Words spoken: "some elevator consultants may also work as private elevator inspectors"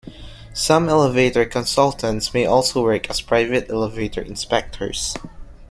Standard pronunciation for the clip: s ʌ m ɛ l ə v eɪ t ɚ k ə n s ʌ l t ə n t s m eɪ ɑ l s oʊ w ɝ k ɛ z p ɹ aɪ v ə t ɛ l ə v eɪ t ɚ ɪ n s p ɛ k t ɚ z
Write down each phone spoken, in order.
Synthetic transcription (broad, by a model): s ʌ m ɛ l ə v eɪ t ɚ k ə n s ʌ l t ə n t s m eɪ ɑ l s oʊ w ɝ k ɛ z p ɹ aɪ v ə t ɛ l ə v eɪ t ɚ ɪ n s p ɛ k t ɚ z